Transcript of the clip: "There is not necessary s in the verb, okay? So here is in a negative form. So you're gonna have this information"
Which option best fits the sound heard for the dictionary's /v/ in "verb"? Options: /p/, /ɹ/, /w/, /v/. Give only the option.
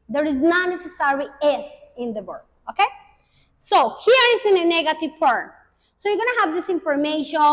/w/